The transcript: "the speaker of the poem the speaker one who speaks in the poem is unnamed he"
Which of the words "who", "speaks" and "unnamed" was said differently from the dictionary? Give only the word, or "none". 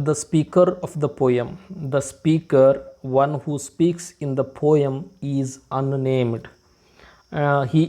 none